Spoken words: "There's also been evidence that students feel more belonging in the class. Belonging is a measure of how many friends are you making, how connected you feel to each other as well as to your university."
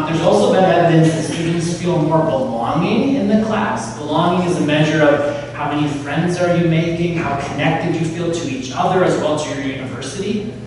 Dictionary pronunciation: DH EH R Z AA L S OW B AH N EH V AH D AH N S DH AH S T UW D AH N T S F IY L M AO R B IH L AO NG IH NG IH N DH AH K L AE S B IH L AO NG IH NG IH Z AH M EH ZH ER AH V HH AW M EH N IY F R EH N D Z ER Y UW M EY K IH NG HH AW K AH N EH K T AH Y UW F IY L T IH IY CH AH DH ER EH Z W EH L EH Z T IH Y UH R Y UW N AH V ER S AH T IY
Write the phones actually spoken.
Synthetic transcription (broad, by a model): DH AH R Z AA L S OW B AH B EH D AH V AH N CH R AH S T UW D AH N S F IY L M AO R B IH L AO NG IH NG IH N DH AH K L AE S B IH L AO NG IH NG IH Z AH M EH ZH ER AH V HH AW M EH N IY F R EH N D Z ER Y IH M EY K IH NG HH AW K AH N EH K T AH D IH F IY L T IH IY CH AH DH ER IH Z W EH L T IH Y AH R Y UW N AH V ER S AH T IY